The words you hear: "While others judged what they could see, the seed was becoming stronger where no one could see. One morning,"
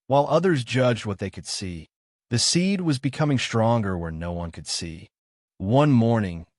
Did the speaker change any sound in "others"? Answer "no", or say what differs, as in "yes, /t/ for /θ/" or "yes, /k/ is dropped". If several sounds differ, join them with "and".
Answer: no